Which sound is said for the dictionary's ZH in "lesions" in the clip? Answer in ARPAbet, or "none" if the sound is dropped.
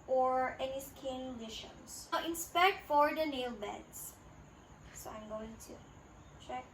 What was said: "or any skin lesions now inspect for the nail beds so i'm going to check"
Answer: SH